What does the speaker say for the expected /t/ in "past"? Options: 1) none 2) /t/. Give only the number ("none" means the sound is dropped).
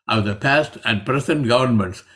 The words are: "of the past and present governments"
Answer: 2